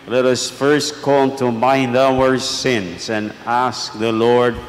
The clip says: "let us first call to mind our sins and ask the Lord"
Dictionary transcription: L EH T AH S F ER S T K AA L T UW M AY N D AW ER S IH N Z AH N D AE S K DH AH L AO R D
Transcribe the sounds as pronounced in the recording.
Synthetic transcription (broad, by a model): L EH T AH S F ER S T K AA N T UW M AY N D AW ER S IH N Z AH N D AE S K DH AH L AO R D